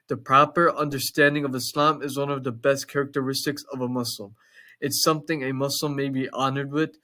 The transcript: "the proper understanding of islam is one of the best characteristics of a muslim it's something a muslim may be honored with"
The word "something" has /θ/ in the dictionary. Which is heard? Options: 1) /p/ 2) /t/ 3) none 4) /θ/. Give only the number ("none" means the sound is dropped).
4